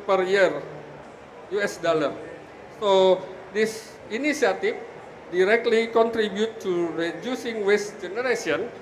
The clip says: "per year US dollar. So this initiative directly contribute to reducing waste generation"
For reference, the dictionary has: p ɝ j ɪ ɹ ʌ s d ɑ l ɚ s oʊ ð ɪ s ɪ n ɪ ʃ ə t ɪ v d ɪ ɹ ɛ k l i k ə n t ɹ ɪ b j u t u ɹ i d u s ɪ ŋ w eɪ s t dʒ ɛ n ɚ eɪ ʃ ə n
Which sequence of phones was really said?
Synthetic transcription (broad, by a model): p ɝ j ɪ ɹ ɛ s d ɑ l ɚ s oʊ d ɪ s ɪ n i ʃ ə t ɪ f d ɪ ɹ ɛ k l i k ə n t ɹ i b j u t u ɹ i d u s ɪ ŋ w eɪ s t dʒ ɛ n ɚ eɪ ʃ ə n